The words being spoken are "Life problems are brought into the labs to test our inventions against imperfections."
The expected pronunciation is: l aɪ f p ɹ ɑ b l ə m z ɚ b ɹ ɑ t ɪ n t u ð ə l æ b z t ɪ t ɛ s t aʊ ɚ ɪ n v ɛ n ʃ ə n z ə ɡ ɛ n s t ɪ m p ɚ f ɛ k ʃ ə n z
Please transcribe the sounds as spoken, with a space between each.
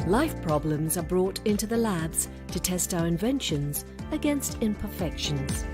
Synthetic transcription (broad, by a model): l aɪ f p ɹ ɑ b l ə m z ɚ b ɹ ɑ t ɪ n t u ð ə l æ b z t ɪ t ɛ s t aʊ ɚ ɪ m v ɛ n ʃ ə n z ə ɡ ɛ n s t ɪ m p ɚ f ɛ k ʃ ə n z